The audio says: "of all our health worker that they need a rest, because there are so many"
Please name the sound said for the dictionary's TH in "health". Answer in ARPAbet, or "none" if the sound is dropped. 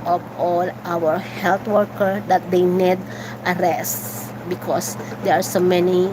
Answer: T